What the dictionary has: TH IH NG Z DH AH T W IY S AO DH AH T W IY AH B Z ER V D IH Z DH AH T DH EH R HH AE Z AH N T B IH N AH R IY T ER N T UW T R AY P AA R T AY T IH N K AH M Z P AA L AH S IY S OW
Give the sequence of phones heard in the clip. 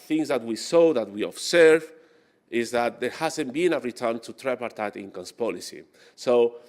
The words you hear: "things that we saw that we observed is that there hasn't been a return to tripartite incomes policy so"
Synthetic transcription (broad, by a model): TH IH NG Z DH AH T W IY S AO DH AH T W IY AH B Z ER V IH Z DH AH T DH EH R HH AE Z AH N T B IH N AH R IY T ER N T UW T R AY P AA R T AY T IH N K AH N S P AA L AH S IY S OW